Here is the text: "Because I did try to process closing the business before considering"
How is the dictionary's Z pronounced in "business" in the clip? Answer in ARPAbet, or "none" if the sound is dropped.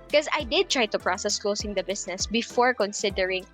S